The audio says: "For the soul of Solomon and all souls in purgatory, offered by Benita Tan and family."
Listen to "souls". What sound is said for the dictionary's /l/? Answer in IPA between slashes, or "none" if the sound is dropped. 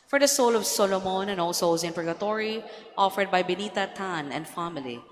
none